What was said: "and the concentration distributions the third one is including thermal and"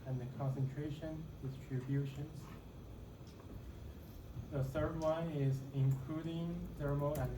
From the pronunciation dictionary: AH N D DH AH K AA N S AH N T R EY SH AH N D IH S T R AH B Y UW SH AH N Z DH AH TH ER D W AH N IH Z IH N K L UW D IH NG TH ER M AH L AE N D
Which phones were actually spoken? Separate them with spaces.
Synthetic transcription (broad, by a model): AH N DH AH K AA N S AH N T R EY SH AH N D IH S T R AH B Y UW SH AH N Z DH AH TH ER D W AH N IH Z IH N K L UW D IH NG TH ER M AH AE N